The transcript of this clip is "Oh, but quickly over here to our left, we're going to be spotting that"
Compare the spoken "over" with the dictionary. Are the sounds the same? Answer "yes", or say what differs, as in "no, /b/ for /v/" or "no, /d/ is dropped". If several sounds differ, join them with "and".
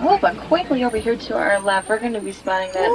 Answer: no, /b/ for /v/